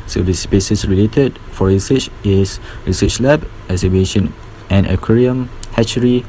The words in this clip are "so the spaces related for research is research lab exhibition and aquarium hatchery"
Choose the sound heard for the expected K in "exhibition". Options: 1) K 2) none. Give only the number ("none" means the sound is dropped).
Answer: 2